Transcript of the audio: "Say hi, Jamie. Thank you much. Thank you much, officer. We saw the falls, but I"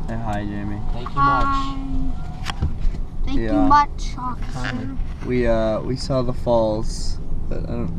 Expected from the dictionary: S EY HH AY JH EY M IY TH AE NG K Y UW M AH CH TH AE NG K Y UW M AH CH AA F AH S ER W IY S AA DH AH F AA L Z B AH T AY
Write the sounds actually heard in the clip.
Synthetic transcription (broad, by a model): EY HH AY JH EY M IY TH AE NG K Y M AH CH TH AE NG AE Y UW M AH CH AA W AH ER W IY S AA DH AH F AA L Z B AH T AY